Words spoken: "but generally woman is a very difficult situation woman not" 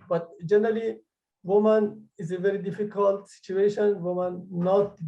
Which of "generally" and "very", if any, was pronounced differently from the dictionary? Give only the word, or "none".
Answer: none